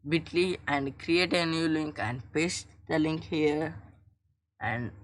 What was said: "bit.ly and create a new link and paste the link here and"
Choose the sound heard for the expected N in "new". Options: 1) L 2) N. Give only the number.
2